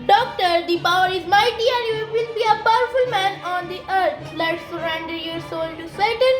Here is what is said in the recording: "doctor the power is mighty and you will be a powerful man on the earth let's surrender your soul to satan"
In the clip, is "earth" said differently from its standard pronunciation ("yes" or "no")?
yes